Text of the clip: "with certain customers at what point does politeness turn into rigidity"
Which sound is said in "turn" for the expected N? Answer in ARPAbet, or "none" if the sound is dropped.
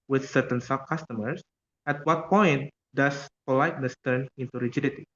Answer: N